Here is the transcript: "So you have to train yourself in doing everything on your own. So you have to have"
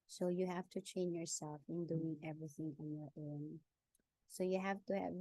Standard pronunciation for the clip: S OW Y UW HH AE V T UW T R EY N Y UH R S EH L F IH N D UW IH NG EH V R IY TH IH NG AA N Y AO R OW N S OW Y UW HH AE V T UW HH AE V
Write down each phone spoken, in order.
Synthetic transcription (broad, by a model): S OW Y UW HH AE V T UW T R EY N Y UH R S EH L F IH N D UW IH NG EH V R IY TH IH NG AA N Y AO R OW N S OW Y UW HH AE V T UW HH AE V